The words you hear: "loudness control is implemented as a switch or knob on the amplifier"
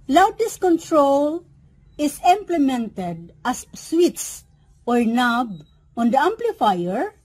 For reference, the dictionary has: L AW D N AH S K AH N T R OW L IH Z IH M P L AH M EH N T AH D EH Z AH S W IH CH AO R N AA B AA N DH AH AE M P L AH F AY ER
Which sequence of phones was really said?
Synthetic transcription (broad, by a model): L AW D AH S K AH N T R OW L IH S IH M P L AH M EH N T AH D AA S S W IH S AO R N AA B AA N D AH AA M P L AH F AY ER